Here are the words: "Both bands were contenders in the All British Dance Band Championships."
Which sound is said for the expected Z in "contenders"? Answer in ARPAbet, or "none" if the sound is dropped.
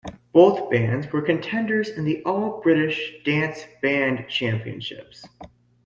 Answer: Z